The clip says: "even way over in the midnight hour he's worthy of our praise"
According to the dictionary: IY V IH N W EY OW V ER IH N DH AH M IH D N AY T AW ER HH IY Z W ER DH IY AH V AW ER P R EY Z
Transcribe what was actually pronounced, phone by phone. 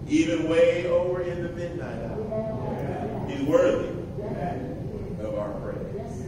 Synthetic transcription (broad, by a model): IY V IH N W EY OW V ER IH N DH AH M IH D N AY T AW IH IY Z W ER DH IY AH V AW ER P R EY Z